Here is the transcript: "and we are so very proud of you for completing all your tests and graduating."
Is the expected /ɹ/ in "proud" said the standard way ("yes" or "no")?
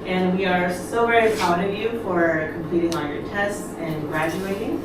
no